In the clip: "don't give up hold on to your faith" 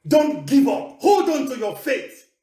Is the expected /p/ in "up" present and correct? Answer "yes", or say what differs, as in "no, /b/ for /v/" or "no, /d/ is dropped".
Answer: yes